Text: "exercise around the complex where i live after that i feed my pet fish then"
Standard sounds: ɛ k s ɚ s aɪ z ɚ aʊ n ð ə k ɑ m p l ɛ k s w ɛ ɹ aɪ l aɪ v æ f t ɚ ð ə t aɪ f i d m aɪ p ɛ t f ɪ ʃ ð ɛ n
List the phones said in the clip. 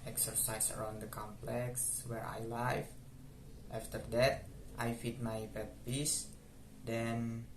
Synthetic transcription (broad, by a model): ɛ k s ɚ s aɪ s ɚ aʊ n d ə k ɑ m p l ɛ k s w ɛ ɹ aɪ l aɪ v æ f t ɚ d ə t aɪ f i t m aɪ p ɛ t p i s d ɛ n